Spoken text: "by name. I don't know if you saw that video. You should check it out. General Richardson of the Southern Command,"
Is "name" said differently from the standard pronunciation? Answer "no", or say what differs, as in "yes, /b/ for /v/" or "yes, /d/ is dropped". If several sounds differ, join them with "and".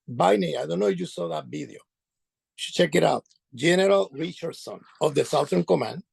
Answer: yes, /m/ is dropped